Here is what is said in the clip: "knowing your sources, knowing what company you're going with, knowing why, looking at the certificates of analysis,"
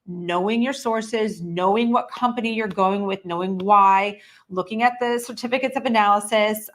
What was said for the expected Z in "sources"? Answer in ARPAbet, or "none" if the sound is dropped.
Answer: Z